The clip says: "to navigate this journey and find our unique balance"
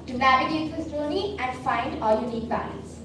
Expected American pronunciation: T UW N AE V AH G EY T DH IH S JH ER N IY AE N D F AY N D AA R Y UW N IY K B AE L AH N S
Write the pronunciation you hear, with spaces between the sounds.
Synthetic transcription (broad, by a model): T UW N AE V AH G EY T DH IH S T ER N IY AE N D F AY N D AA L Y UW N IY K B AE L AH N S